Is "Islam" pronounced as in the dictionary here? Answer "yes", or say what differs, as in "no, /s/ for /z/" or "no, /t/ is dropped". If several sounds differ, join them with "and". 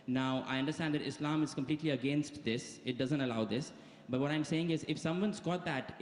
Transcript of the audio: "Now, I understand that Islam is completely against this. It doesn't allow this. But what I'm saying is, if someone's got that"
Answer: yes